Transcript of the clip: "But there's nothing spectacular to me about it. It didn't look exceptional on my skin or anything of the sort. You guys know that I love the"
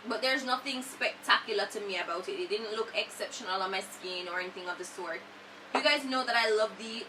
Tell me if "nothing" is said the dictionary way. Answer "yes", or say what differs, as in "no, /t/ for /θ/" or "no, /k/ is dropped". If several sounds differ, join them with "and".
yes